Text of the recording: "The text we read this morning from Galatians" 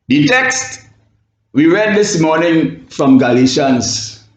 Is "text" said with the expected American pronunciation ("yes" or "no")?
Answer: yes